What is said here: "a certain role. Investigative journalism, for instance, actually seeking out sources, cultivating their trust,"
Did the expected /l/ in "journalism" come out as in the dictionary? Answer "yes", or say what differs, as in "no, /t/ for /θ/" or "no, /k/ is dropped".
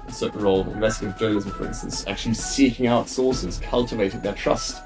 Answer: no, /l/ is dropped